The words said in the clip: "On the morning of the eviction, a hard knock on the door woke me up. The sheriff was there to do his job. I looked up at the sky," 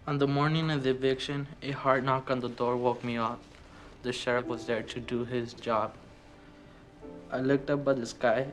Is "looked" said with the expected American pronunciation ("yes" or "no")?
yes